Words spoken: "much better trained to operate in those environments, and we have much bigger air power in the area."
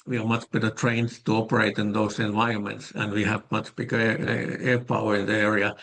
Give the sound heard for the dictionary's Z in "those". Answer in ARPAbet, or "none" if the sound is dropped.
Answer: S